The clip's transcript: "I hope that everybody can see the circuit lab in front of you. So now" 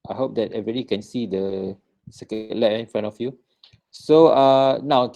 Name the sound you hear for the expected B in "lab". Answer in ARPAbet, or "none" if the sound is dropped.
none